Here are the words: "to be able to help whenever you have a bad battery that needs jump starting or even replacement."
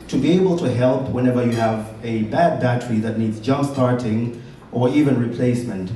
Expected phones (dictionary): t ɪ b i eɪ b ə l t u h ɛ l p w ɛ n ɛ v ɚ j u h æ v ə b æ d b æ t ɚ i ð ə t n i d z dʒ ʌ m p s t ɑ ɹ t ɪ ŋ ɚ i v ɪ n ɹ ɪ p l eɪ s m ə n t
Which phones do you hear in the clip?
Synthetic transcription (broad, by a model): t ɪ b i eɪ b ə l t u h ɛ l p w ɛ n ɛ v ɚ j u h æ v ə b æ d b æ t ɚ i ð ə t n i d z dʒ ʌ m p s t ɑ ɹ t ɪ ŋ ɚ i v ɪ n ɹ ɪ p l eɪ s m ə n t